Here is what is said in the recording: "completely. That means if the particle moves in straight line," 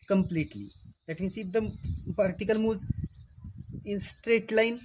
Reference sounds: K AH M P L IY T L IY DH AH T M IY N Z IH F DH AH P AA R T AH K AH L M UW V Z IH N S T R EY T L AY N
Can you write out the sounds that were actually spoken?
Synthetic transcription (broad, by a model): K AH M P L IY T L IY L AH T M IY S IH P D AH P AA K T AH K AH L M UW Z IH N S T R EY T L AY N